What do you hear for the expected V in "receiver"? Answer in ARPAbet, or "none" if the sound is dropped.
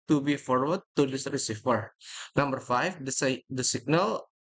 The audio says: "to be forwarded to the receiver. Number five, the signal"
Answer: F